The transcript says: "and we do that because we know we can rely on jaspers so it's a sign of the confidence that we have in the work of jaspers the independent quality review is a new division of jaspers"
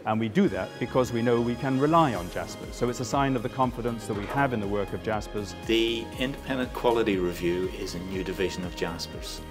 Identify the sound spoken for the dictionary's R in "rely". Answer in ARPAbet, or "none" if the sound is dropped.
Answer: R